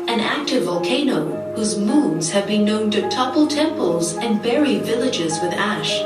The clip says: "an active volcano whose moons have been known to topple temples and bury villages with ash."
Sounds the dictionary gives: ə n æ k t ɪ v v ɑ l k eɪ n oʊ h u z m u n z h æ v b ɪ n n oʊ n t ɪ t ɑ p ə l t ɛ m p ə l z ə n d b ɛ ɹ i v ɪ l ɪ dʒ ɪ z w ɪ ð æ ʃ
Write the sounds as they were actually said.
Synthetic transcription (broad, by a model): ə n æ k t ɪ v v ɑ l k eɪ n oʊ h u z m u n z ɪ v b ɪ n n oʊ n t ɪ t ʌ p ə l t ɛ m p ə l z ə n b ɛ ɹ i v ɪ l ɪ dʒ ɪ z w ɪ ð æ ʃ